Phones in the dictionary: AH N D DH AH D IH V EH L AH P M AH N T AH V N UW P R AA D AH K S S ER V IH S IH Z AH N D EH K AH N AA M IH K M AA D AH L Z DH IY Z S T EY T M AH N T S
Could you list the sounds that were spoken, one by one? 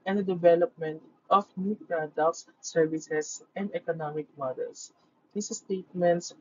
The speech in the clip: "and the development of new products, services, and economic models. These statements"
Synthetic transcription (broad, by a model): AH N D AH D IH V EH L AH P M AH N T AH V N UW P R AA D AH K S S ER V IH S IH S AH N D EH K AH N AA M IH K M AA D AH L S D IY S S T EY T M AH N T S